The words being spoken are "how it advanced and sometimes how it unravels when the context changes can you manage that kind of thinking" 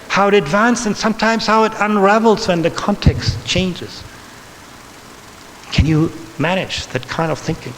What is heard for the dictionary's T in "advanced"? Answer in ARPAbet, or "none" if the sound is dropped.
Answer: none